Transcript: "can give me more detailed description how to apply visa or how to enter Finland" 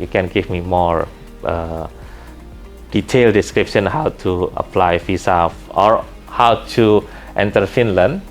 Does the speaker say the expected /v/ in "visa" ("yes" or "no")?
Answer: no